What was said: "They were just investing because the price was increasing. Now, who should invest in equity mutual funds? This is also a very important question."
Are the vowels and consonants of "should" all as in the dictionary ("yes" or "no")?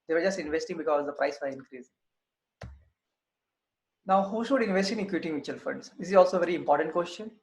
yes